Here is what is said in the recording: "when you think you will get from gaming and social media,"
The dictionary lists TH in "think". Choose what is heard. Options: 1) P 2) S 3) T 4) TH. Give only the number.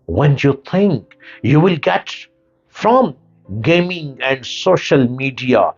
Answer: 3